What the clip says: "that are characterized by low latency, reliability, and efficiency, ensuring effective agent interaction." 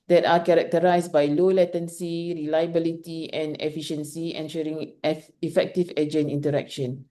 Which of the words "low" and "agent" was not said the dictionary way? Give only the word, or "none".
agent